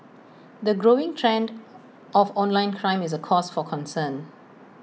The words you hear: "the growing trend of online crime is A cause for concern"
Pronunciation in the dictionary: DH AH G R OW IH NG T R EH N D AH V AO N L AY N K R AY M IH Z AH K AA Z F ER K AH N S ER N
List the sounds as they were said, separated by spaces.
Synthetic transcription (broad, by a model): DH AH G R OW IH NG T R EH N D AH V AO N L AY N K R AY M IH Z AH K AA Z F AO K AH N S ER N